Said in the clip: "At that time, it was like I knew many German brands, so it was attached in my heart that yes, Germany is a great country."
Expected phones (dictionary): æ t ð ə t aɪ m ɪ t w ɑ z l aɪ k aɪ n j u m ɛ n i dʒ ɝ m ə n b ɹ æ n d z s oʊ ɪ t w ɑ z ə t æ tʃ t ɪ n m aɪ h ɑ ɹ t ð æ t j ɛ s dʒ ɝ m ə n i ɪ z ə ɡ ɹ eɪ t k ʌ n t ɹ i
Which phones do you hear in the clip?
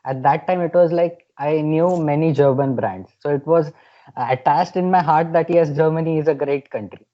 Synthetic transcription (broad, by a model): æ t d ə t aɪ m ɪ t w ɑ z l aɪ k aɪ n j u m ɛ n i dʒ ɝ m ə n b ɹ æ n d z s oʊ ɪ t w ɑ z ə t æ s t ɪ n m aɪ h ɑ ɹ t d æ t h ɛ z dʒ ɝ m ə n i ɪ z ə ɡ ɹ eɪ t k ʌ n t ɹ i